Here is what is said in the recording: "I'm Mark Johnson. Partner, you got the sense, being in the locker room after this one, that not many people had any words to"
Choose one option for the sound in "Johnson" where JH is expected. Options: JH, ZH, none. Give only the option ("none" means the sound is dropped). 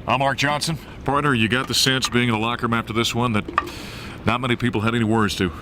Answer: ZH